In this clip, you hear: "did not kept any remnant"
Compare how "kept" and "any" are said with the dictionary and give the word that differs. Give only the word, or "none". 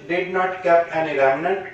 kept